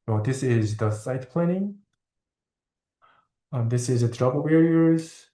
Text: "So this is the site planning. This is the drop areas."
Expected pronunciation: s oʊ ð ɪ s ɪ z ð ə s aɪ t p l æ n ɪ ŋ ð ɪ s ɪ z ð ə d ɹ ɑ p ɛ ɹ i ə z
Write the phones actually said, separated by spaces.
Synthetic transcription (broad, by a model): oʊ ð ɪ s ɪ z ð ə s aɪ t p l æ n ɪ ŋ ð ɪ s ɪ z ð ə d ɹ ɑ b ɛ ɹ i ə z